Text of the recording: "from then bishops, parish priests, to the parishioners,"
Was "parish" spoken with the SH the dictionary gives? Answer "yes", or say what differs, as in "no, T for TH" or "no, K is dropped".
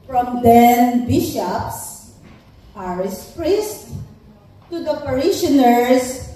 no, S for SH